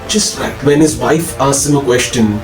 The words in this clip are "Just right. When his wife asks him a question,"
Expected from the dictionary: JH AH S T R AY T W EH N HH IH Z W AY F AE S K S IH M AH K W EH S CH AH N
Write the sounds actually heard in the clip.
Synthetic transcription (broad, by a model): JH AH S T L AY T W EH N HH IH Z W AY F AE S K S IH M AH K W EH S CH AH N